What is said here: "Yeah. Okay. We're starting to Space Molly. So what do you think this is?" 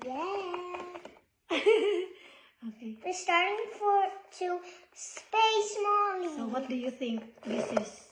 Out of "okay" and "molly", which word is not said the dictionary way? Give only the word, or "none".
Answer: molly